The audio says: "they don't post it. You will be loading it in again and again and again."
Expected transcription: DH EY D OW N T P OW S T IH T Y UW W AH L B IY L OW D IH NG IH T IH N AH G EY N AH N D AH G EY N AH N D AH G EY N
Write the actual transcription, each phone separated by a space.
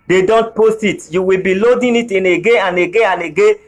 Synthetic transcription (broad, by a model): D EY D OW N T P OW S T IH T Y UW W AH L B IY L OW D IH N IH T IH N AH G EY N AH N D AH G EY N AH N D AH G EY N